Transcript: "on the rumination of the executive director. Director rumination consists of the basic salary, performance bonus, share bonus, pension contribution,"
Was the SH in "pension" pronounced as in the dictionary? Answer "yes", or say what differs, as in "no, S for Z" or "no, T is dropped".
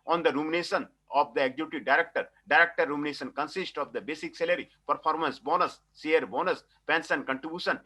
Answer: no, S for SH